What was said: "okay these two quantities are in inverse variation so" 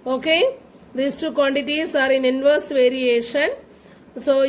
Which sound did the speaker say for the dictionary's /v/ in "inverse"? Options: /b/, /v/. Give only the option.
/v/